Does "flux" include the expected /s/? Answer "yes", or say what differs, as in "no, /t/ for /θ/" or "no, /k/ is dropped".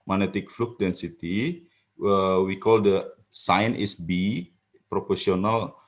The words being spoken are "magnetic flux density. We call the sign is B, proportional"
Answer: no, /s/ is dropped